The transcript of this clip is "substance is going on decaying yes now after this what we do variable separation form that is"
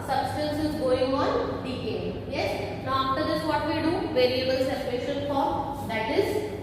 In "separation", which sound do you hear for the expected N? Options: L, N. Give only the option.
L